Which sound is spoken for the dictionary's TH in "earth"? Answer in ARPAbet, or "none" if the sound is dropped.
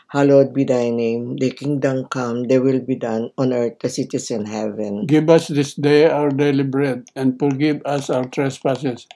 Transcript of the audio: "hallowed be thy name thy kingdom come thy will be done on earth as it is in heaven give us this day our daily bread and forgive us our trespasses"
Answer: T